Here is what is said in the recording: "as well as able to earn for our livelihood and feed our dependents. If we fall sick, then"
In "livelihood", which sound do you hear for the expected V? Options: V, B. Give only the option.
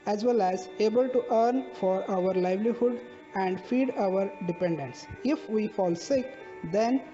V